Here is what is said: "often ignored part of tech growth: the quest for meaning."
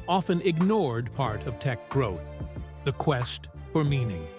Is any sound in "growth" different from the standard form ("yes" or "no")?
no